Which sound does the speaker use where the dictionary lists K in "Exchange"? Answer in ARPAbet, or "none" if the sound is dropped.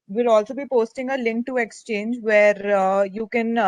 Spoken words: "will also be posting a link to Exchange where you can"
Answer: K